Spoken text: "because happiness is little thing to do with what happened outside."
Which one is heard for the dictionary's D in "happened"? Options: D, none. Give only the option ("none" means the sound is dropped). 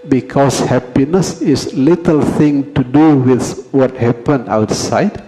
none